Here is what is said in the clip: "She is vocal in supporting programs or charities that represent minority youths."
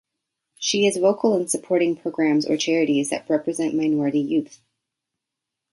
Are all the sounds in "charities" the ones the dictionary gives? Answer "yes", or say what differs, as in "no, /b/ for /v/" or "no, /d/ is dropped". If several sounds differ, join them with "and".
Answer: yes